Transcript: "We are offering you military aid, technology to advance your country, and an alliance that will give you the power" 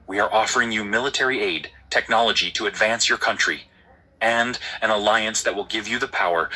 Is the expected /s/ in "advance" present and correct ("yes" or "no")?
yes